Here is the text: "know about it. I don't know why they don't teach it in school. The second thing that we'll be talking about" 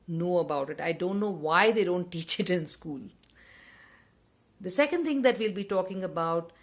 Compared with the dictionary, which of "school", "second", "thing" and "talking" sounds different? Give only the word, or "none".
thing